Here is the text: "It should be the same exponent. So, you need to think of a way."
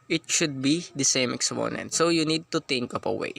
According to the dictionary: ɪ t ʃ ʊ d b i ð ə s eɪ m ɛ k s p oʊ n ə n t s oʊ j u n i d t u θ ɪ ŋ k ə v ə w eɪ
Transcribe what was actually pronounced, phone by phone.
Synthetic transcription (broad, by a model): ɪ t ʃ ʊ d b i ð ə s eɪ m ɛ k s p oʊ n ə n t s oʊ j u n i d t u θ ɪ ŋ k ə p ə w eɪ